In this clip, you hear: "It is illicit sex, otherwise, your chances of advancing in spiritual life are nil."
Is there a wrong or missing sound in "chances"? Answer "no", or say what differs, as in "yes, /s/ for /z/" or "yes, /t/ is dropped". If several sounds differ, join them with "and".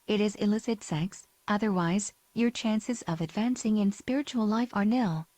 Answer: no